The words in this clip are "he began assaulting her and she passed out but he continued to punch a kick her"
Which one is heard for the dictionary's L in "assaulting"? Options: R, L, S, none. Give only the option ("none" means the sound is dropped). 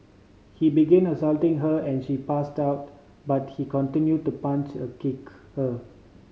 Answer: L